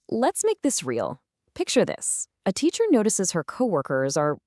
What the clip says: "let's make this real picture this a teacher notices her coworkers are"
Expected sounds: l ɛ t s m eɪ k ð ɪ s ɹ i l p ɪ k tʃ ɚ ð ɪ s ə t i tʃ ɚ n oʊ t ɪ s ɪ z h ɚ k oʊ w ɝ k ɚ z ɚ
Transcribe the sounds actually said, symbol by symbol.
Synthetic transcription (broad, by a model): l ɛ t s m eɪ k ð ɪ s ɹ i l p ɪ k tʃ ɚ ð ɪ s ə t i tʃ ɚ n oʊ t ɪ s ɪ z h ɚ k oʊ w ɝ k ɚ z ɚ